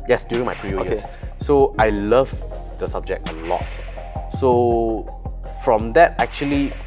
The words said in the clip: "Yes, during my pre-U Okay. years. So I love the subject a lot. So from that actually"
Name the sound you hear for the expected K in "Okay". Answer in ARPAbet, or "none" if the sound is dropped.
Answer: none